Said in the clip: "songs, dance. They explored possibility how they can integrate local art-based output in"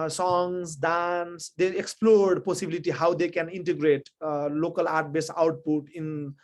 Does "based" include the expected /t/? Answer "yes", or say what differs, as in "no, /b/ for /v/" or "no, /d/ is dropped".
no, /t/ is dropped